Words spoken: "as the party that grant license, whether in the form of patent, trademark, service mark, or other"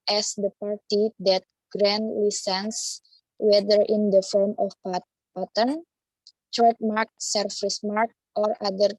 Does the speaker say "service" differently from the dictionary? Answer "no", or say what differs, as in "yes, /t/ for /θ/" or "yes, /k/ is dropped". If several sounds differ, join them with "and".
yes, /f/ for /v/